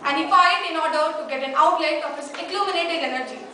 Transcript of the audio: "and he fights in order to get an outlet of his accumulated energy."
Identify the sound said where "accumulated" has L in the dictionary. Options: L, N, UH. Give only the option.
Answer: N